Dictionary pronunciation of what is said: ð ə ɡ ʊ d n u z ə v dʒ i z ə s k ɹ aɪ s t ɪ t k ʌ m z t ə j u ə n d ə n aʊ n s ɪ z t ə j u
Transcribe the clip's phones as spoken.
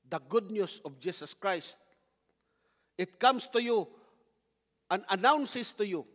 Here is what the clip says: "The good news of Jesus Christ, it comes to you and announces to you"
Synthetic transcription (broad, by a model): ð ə ɡ ʊ d n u s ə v dʒ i s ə s k ɹ aɪ s t ɪ t k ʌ m s t ə j u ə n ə n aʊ n s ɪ s t ə j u